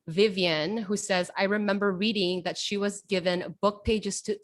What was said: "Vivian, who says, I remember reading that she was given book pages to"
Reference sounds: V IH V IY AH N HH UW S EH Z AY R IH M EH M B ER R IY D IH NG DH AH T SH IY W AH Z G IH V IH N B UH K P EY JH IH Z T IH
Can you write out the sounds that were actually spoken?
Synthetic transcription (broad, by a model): V IH V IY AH N HH UW S EH Z AY R IH M EH M B ER R IY D IH NG DH AH T SH IY W AH Z G IH V IH N B UH K P EY JH IH Z T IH